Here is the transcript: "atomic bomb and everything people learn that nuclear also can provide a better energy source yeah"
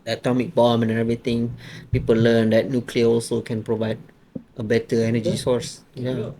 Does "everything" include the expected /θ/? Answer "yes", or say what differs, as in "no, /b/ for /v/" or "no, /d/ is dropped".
no, /t/ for /θ/